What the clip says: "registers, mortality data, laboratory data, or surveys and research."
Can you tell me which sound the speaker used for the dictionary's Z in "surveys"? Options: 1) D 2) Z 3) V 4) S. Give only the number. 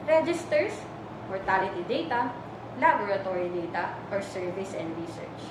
4